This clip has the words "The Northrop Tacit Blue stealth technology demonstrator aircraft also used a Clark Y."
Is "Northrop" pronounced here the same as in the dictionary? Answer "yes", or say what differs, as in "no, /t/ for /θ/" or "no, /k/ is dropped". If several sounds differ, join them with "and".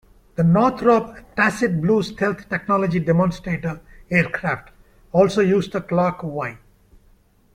no, /t/ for /θ/